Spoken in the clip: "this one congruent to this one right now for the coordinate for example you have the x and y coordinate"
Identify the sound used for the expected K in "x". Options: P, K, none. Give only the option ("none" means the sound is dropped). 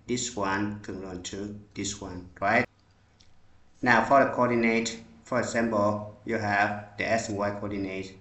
none